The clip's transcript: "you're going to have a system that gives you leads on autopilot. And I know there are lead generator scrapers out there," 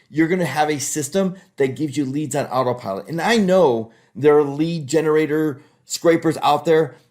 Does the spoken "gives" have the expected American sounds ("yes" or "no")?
yes